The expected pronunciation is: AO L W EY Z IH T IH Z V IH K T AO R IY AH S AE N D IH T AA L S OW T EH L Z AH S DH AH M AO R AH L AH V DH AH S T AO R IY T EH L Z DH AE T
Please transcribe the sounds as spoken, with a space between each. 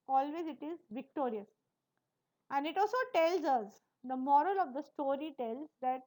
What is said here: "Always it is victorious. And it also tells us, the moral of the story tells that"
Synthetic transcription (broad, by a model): AO L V EY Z IH T IH Z V IH K T AO R IY AH S AE N D IH T AA L S OW T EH L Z AH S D AH M AO R AH L AH V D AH S T AO R IY T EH L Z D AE T